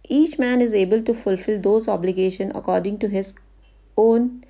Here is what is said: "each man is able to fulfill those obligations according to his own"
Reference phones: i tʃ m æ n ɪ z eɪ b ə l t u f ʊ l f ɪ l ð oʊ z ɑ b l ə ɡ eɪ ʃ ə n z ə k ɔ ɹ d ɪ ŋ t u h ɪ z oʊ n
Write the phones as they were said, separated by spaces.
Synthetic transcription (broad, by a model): i tʃ m æ n ɪ z eɪ b ə l t u f ʊ l f ɪ l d oʊ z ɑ b l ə ɡ eɪ ʃ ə n ə k ɔ ɹ d ɪ ŋ t u h ɪ z oʊ n